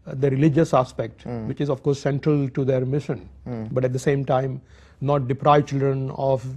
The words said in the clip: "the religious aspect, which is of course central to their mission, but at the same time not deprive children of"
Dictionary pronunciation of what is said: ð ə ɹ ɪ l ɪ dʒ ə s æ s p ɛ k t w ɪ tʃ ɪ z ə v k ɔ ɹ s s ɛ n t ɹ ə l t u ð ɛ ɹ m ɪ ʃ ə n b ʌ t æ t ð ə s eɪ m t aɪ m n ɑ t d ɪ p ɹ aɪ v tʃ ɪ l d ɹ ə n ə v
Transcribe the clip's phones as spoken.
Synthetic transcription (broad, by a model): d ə ɹ ɪ l ɪ dʒ ə s æ s p ɛ k t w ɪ tʃ ɪ z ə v k ɔ ɹ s s ɛ n t ɹ ə l t u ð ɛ ɹ m ɪ ʃ ə n b ʌ t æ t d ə s eɪ m t aɪ m n ɑ t d ɪ p ɹ aɪ v tʃ ɪ l d ɹ ə n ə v